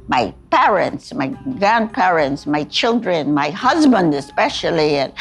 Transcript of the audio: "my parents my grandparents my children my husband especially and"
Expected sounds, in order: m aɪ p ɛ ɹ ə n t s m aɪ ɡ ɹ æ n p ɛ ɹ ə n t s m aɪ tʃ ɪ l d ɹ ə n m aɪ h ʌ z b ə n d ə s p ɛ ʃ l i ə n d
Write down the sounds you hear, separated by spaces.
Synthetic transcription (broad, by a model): m aɪ p ɛ ɹ ə n t s m aɪ ɡ ɹ æ n p ɛ ɹ ə n t s m aɪ tʃ ɪ l d ɹ ə n m aɪ h ʌ z b ə n d ə s p ɛ ʃ l i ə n